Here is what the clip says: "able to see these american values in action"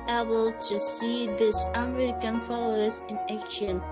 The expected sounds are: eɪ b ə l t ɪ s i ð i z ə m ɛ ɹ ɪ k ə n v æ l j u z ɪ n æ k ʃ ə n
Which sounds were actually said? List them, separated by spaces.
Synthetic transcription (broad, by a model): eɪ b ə l t ɪ s i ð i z ə m ɛ ɹ ɪ k ə n f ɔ l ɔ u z ɪ n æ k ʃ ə n